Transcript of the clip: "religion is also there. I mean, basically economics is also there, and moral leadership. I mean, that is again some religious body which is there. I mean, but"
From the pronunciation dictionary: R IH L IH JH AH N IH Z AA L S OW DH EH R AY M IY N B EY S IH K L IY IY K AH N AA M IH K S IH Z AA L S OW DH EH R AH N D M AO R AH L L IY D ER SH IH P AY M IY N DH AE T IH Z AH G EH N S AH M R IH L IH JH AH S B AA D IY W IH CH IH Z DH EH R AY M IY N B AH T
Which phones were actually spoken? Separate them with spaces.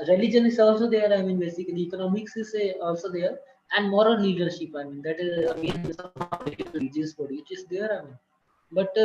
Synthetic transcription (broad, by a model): R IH L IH JH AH N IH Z AA L S OW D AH R AY M IY N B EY S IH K IY IY K AH N AA M IH K S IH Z AA L S OW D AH R AH N D M AO R AH L L IY D ER SH IH P AY M IY N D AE T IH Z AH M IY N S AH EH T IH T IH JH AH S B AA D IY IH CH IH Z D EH R AY M IY N B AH T